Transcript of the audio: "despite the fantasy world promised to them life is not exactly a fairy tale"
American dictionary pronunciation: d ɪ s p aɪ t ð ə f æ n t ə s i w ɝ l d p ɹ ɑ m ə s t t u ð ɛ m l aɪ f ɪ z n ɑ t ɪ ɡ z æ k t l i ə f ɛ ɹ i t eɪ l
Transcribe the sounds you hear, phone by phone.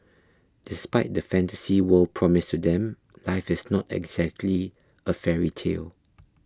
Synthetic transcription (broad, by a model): d ɪ s p aɪ t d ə f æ n t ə s i w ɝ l p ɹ ɑ m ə s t t u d ɛ m l aɪ f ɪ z n ɑ t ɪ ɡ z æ k t l i ə f ɛ ɹ i t eɪ l